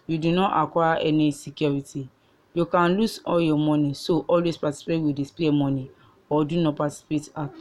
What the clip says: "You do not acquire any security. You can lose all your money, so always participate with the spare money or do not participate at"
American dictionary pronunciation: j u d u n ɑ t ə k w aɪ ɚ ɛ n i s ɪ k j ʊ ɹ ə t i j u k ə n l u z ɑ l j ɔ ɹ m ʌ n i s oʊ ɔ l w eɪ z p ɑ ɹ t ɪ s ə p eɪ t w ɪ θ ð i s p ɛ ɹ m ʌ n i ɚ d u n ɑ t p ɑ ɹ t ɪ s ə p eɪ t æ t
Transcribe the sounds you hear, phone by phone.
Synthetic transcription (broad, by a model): j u d u n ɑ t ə k w aɪ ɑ ɛ n i s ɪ k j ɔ ɹ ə t i j u k ə n l u s ɑ l j ɔ m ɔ n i s oʊ ɔ l w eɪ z p ɑ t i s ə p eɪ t w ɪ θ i s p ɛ m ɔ n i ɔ d u n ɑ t p ɑ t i s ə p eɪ t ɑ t